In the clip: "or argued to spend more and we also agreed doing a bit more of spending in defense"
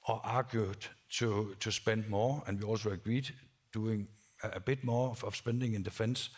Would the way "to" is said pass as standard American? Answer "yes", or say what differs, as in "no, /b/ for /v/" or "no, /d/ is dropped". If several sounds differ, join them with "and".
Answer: no, /s/ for /t/